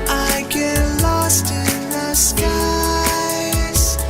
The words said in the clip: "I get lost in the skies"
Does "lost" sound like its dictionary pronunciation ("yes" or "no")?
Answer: yes